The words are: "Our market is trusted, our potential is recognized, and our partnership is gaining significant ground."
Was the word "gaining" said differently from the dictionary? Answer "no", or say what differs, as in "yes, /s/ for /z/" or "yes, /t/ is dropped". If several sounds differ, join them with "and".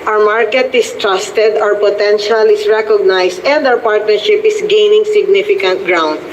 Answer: no